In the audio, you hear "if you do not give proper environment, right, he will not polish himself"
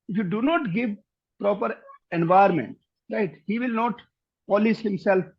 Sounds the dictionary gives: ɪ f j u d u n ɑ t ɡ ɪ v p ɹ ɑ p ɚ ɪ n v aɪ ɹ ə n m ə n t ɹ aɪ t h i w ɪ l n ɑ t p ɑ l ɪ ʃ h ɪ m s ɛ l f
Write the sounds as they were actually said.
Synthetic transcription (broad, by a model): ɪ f j u d u n ɑ t ɡ ɪ v p ɹ ɑ p ɚ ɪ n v aɪ ə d m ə n t ɹ aɪ t h i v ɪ l n ɑ t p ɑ l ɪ s h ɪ m s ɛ l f